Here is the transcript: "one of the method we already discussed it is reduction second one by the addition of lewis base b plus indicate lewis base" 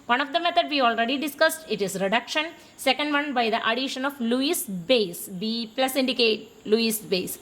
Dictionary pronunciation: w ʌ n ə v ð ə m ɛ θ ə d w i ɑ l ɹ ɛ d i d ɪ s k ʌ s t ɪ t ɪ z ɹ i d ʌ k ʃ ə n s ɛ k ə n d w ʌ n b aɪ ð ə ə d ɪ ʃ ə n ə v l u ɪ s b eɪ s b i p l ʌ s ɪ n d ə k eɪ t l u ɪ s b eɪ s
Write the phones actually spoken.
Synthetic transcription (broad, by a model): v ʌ n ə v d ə m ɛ t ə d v i ɑ l ɹ ɛ d i d ɪ s k ʌ s t ɪ t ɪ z ɹ i d ʌ k ʃ ə n s ɛ k ə n d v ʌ n b aɪ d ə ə d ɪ ʃ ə n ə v l u ɪ s b eɪ s b i p l ʌ s ɪ n d ə k eɪ t l u ɪ s b eɪ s